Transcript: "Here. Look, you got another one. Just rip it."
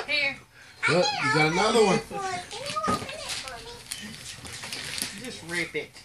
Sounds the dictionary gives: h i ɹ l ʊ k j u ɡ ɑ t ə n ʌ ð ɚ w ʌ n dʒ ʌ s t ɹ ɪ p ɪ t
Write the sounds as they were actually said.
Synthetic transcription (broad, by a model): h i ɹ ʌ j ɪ ɡ ɑ t ə n ʌ ð ɚ w ʌ n dʒ ʌ s t ɹ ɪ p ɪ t